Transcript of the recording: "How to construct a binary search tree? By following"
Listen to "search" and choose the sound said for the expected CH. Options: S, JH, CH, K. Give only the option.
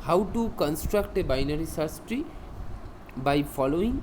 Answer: S